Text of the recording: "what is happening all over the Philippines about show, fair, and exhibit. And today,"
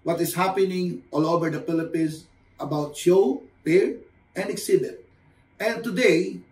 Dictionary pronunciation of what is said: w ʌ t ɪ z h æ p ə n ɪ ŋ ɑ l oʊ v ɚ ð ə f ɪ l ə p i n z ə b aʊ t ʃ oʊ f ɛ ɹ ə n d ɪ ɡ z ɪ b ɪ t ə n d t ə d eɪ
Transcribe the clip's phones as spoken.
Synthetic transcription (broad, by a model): w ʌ t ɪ s h æ p ə n ɪ ŋ ɑ l oʊ v ɚ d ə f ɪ l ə p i n s ə b aʊ t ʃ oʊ p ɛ ɹ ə n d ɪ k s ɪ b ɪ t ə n t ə d eɪ